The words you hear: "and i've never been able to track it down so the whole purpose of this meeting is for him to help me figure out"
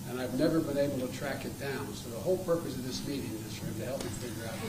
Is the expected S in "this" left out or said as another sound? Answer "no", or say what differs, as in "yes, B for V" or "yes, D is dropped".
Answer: no